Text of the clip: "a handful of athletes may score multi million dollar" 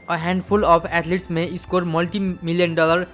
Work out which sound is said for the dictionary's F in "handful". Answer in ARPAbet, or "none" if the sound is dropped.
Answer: P